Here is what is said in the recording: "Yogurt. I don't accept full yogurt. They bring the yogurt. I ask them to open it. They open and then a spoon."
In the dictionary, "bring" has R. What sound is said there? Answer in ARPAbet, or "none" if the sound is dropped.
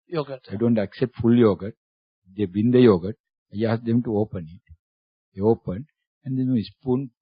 none